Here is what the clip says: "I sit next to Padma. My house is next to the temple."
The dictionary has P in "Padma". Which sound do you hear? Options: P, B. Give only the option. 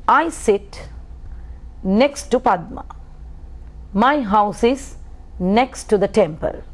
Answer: P